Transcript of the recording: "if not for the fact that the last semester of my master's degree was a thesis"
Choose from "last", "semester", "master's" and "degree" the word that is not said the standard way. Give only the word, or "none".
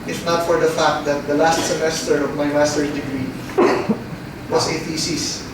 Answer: master's